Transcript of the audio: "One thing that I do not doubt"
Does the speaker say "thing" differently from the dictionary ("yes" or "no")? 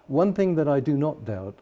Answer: no